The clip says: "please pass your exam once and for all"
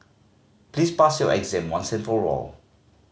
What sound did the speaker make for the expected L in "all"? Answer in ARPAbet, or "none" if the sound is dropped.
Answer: L